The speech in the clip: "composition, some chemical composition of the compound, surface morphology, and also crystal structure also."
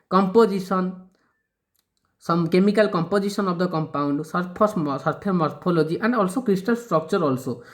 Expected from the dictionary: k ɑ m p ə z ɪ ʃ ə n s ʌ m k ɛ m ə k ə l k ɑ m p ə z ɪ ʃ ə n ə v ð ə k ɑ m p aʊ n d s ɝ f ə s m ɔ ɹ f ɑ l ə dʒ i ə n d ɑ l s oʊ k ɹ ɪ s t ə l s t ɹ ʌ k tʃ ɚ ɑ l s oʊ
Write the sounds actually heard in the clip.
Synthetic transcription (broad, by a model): k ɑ m p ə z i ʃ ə n s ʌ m k ɛ m ə k ə l k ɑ m p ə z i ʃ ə n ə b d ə k ɑ m p aʊ n d s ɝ p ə s m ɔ ɹ p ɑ l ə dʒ i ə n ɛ ɑ l s oʊ k ɹ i s t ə l s t ɹ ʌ k tʃ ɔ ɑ l s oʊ